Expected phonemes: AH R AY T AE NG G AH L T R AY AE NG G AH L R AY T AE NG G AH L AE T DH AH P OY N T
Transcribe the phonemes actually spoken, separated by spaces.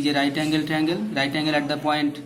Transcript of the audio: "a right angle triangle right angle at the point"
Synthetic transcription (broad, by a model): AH R AY T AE NG G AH L T AY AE NG G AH L R AY T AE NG G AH L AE T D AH P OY N T